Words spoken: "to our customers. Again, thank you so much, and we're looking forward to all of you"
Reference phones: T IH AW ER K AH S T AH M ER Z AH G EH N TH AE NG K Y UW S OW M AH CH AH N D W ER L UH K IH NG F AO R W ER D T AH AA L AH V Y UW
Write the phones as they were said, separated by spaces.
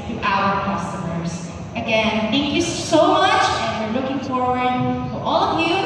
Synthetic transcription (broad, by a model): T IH AW ER K AH S T AH M ER Z AH G EH N TH AE NG K Y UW S OW M AH CH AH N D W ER L UH K IH NG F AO R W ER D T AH AA L AH V Y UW